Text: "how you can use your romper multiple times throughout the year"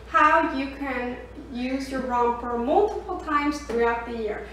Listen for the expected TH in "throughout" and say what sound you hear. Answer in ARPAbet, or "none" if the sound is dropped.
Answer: TH